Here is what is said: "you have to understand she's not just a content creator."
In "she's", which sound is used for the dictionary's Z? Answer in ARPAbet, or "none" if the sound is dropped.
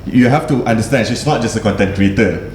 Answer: S